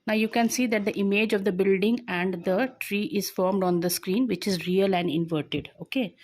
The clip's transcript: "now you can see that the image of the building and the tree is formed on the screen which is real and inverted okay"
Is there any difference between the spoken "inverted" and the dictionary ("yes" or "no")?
no